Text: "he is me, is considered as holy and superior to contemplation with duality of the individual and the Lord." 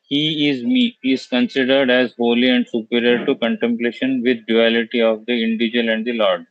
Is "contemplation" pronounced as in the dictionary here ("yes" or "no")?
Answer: yes